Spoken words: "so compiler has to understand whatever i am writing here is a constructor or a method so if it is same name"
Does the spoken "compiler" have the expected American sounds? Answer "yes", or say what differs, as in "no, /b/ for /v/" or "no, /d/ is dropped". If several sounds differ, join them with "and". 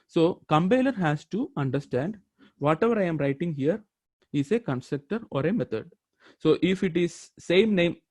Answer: no, /b/ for /p/